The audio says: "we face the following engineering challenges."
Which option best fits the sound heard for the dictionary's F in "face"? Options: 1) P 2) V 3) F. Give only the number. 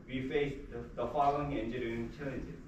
3